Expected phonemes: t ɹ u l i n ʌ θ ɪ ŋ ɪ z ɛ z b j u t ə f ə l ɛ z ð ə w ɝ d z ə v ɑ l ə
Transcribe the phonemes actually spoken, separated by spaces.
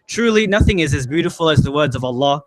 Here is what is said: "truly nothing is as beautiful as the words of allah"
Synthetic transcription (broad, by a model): t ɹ u l i n ʌ θ ɪ ŋ ɪ z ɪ z b j u t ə f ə l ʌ z ð ə w ɝ d z ə v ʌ l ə